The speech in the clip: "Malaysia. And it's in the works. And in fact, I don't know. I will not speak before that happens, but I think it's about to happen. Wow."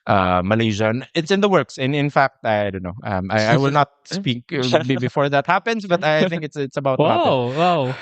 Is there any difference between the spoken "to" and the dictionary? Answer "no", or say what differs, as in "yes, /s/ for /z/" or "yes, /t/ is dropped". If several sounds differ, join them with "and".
yes, /s/ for /t/